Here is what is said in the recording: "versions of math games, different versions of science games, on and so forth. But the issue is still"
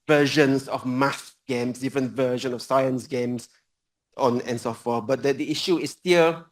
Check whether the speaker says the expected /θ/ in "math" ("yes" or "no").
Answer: no